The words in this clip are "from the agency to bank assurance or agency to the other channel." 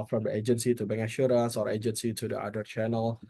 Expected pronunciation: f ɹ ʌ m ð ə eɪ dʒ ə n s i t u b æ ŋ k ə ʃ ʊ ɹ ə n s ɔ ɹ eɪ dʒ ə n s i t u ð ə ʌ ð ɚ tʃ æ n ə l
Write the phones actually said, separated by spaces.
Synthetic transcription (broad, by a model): f ɹ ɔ m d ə eɪ dʒ ə n s i t u b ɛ ŋ ə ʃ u ɹ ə n s ɔ ɹ eɪ dʒ ə n s i t u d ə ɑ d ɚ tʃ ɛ n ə l